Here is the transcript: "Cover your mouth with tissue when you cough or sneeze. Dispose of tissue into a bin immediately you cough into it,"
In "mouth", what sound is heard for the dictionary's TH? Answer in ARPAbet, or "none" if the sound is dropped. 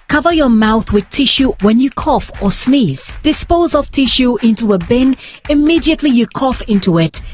TH